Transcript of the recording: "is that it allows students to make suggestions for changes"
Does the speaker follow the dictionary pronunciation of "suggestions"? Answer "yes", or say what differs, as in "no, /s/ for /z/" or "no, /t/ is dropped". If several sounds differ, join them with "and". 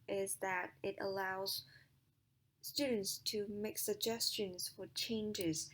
yes